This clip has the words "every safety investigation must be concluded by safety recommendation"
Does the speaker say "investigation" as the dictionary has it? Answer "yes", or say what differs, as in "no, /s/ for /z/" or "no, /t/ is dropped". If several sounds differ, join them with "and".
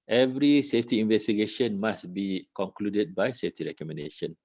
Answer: yes